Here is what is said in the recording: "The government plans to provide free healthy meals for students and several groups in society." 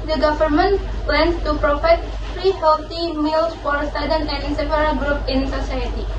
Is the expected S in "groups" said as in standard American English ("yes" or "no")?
no